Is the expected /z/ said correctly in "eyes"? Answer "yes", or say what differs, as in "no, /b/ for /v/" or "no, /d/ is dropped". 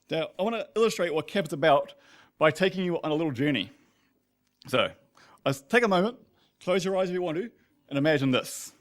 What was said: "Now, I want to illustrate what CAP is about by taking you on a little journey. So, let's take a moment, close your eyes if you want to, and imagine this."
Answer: yes